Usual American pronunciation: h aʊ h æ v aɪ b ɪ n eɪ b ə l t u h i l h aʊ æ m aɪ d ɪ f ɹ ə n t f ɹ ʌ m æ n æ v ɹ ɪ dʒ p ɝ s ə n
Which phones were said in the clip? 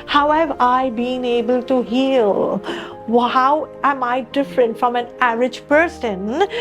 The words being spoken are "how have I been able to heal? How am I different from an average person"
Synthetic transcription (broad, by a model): h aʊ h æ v aɪ b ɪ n eɪ b ə l t u h i l h aʊ æ m aɪ d ɪ f ɹ ə n t f ɹ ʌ m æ n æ ɹ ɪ dʒ p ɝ s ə n